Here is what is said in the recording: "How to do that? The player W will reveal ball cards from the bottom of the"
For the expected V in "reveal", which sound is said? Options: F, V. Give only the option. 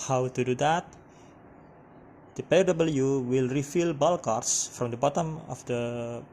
F